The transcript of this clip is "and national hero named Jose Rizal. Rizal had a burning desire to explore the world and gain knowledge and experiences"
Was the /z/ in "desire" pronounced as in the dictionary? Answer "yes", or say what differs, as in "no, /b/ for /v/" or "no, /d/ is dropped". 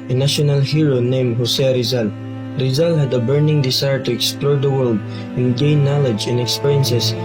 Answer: no, /s/ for /z/